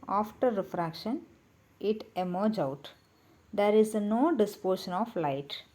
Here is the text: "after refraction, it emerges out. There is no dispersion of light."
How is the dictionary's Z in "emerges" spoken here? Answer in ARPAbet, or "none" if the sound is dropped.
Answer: none